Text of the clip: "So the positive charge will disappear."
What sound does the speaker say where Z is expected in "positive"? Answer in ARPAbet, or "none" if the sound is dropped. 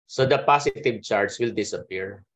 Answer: S